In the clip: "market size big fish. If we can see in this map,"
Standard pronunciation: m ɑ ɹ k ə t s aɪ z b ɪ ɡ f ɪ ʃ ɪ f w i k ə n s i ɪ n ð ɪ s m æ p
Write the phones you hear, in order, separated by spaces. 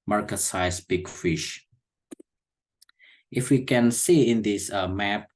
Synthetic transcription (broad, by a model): m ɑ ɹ k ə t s aɪ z b ɪ ɡ f ɪ ʃ ɪ f w i k ə n s i ɪ n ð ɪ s m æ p